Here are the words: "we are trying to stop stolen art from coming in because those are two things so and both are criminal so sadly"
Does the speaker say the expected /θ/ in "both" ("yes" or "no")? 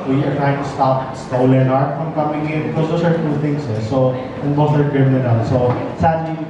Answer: no